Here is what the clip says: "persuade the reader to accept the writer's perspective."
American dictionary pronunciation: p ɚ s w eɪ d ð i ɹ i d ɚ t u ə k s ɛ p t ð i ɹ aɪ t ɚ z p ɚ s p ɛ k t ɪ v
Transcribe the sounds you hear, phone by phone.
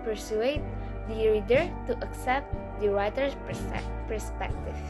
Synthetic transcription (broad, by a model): p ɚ s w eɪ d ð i ɹ i d ɚ t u ə k s ɛ p t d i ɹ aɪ t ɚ s p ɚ s p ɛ k t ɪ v